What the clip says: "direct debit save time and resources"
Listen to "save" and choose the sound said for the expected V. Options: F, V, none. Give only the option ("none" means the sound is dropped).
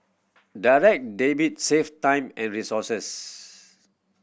F